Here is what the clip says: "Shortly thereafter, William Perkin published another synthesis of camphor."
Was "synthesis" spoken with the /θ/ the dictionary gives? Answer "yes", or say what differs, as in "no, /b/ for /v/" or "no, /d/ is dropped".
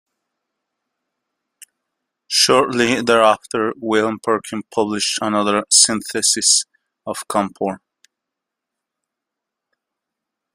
yes